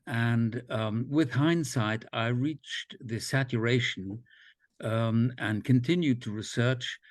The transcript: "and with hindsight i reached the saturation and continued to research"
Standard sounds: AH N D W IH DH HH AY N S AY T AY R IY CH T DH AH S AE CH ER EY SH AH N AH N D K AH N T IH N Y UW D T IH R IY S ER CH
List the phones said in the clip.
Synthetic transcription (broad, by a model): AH N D W IH DH HH AY N S AY T AY R IY CH DH AH S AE CH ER EY SH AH N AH N K AH N T IH N Y UW D T IH R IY S ER CH